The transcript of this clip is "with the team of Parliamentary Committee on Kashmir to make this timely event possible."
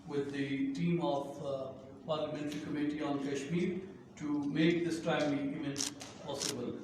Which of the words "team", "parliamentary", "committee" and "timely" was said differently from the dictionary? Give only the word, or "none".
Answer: timely